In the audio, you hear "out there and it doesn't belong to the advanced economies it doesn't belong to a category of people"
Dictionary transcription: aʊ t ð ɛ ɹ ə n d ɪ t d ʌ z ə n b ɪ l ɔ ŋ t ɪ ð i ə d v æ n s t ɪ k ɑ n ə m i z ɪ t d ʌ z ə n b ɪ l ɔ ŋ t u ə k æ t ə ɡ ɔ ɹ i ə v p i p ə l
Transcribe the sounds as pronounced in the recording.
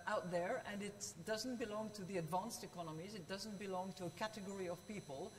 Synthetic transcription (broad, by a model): aʊ t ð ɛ ɹ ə n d ɪ t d ʌ z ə n b ɪ l ɔ ŋ t ɪ ð i ə d v æ n s t ɪ k ɑ n ə m i z ɪ t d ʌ z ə n b ɪ l ɔ ŋ t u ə k æ t ə ɡ ɔ ɹ i ə v p i p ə l